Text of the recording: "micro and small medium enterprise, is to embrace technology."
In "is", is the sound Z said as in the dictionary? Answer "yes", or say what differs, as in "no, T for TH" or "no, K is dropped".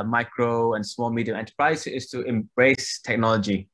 no, S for Z